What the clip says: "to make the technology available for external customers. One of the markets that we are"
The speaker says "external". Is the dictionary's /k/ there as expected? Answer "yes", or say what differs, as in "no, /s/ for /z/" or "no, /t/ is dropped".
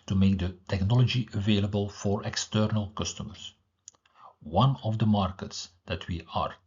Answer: yes